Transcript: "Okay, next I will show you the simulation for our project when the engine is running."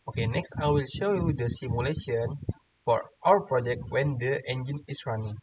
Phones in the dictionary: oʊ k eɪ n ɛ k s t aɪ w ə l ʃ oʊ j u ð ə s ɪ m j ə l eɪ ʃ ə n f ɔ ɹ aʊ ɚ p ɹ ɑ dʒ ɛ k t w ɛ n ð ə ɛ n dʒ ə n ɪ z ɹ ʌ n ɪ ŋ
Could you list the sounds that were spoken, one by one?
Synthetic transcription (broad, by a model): oʊ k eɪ n ɛ k s t aɪ w ə l ʃ oʊ j u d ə s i m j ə l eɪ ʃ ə n f ɔ ɹ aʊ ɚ p ɹ ɑ dʒ ɛ k t w ɛ n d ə ɛ n dʒ ə n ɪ s ɹ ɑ n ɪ ŋ